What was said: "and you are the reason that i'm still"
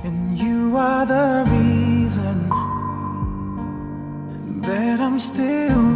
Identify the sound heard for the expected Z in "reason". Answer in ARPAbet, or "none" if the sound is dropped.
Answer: Z